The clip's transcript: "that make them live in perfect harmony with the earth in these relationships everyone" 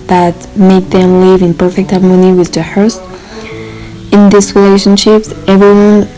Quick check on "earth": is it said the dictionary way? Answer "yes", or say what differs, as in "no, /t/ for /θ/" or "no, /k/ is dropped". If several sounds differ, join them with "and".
no, /t/ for /θ/